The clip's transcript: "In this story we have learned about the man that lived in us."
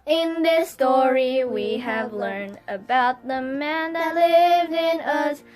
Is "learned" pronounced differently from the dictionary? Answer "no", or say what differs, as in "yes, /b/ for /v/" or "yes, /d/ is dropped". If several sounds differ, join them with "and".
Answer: no